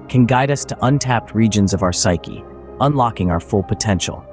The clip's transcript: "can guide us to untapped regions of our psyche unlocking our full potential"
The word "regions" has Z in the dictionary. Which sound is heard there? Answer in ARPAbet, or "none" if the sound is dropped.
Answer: Z